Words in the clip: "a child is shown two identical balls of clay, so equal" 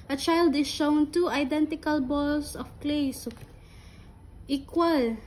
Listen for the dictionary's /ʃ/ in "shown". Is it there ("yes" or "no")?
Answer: yes